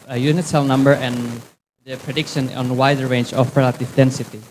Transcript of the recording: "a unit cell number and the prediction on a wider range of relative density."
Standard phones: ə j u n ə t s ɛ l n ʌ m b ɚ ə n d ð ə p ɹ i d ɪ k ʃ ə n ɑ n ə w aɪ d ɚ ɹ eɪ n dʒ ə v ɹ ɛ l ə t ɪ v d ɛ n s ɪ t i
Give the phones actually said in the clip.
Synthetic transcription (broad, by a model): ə j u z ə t s ɛ l n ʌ m b ɚ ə n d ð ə p ɹ i d ɪ k ʃ ə n ɑ n w aɪ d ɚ ɹ eɪ n dʒ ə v ɹ ɛ l ə t ɪ v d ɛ n s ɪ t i